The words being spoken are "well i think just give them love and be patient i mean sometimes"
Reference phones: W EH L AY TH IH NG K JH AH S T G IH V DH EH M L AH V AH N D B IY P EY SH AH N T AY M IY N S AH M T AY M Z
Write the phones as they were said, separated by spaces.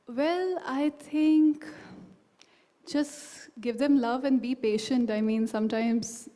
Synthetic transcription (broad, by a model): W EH L AY T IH NG K JH AH S T G IH V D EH M L AH V AH N D B IY P EY SH AH N T AY M IY N S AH M T AY M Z